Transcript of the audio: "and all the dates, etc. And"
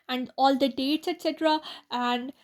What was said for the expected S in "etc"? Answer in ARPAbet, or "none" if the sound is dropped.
S